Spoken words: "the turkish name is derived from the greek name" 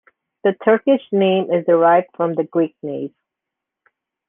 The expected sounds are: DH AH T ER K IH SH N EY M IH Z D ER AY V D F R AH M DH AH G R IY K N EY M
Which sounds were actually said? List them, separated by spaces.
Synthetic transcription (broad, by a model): DH AH T ER K IH SH N EY M IH Z D ER AY V D F R AH M DH AH G R IY K N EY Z